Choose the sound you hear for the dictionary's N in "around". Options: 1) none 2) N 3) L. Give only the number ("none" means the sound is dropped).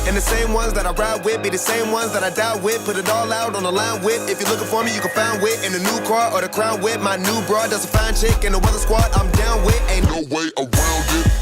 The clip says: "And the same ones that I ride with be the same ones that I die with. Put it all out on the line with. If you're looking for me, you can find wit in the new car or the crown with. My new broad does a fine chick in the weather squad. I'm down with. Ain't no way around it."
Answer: 3